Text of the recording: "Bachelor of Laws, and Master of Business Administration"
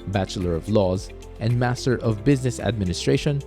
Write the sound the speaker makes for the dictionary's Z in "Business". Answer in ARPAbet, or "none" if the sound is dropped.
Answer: Z